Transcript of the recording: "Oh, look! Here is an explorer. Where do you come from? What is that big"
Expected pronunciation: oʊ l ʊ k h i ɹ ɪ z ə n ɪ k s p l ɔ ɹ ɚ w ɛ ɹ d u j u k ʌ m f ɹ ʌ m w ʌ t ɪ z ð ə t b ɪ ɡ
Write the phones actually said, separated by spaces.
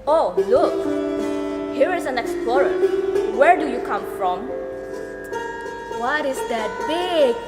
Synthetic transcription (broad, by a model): oʊ l ʊ k h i ɹ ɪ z ə n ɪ k s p l ɔ ɹ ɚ w ɛ ɹ d u j u k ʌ m f ɹ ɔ m w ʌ t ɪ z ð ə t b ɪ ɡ